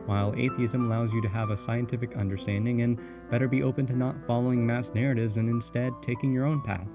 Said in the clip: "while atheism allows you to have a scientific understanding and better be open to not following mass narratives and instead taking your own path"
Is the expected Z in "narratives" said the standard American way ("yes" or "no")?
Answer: yes